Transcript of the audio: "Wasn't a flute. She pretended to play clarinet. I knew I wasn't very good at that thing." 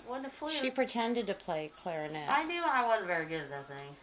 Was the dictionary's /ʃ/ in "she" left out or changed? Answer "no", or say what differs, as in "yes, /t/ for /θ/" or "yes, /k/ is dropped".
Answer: no